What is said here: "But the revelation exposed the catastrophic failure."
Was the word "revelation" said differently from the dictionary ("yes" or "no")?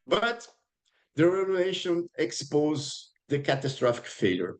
yes